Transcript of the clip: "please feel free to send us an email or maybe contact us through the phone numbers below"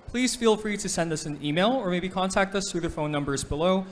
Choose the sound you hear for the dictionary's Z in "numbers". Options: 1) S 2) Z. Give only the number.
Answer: 2